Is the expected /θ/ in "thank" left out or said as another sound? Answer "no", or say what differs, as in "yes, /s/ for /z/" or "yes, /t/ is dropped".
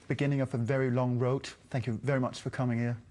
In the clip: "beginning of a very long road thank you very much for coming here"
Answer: no